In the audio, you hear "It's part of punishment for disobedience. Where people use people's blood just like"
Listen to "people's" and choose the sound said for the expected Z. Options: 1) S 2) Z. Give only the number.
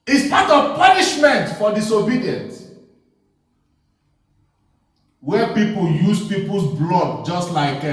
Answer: 1